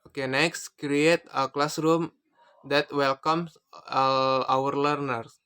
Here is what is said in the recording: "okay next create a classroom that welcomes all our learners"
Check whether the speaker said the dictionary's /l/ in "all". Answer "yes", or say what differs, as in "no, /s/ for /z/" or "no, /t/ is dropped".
no, /w/ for /l/